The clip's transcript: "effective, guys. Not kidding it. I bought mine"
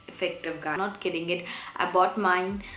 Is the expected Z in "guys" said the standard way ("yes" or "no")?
no